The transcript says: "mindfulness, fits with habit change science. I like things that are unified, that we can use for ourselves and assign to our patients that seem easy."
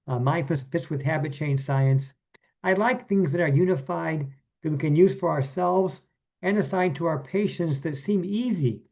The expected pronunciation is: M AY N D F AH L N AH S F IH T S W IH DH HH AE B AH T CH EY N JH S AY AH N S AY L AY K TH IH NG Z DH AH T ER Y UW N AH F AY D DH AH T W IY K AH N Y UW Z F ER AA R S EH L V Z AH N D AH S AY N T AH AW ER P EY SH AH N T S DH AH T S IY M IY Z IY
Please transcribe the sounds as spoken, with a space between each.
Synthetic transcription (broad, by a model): M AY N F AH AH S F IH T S W IH DH HH AE B AH T CH EY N S AY AH N S AY L AY K TH IH NG Z DH AH T ER Y UW N AH F AY D DH AH T W IY K AH N Y UW Z F ER AA R S EH L V Z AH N AH S AY N T AH AW ER P EY SH AH N T S DH AH T S IY M IY Z IY